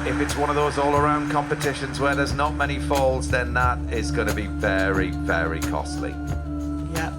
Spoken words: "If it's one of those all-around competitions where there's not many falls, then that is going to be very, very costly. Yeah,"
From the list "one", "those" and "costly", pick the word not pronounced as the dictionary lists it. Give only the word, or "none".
none